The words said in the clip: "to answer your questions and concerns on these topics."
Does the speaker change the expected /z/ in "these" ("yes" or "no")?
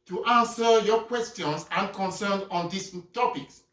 yes